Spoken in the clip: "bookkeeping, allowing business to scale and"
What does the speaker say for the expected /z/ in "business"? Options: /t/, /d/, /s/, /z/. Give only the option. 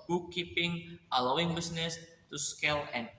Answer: /s/